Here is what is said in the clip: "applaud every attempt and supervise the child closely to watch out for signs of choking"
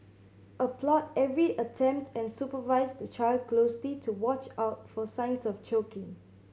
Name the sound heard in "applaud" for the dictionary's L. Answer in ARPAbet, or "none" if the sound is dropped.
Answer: L